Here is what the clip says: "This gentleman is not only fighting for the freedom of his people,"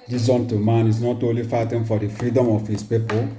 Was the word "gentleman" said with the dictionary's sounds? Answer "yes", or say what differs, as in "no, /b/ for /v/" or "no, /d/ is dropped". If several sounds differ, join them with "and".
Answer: no, /l/ is dropped